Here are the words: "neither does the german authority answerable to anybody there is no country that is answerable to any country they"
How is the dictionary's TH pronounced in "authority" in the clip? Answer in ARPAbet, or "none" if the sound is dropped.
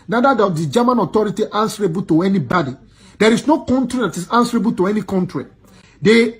T